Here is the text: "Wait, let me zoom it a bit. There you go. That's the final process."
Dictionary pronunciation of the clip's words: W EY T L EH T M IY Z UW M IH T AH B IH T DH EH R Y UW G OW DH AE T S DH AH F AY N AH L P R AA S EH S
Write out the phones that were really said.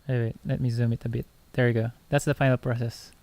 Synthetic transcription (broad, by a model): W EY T L EH T M IY Z UW M IH T AH B IH T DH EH R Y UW G OW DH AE T S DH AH F AY N AH L P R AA S EH S